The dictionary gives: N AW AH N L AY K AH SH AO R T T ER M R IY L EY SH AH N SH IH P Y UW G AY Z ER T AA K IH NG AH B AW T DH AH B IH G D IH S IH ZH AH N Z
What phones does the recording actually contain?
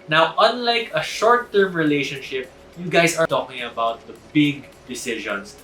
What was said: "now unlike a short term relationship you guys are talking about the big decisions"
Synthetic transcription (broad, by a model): N AW AH N L AY K AH SH AO R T T ER M R IY L EY SH AH N SH IH P Y UW G AY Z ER T AA K IH NG AH B AW T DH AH B IH G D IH S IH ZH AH N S